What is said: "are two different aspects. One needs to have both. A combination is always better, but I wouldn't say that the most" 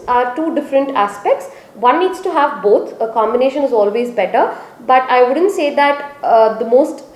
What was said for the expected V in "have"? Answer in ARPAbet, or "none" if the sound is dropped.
V